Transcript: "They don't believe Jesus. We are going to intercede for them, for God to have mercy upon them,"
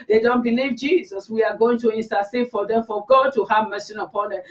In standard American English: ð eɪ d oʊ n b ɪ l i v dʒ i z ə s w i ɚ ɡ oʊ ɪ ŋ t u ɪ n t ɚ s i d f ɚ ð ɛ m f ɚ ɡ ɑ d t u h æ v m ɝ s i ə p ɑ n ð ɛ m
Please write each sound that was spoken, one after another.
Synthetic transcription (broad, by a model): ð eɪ d oʊ n b ɪ l i v dʒ i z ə s w i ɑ ɡ oʊ ɪ ŋ t u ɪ n s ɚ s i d f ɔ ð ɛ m f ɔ ɡ ɑ d t u h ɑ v m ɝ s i ə p ɑ n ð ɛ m